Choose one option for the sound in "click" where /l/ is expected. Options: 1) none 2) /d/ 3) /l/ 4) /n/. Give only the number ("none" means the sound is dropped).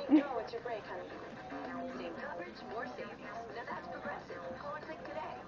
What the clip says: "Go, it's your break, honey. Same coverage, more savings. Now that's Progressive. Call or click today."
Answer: 1